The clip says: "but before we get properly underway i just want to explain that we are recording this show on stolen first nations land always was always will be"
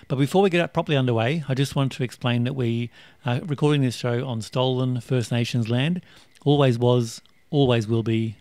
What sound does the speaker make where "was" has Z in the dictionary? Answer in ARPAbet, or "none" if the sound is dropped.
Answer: Z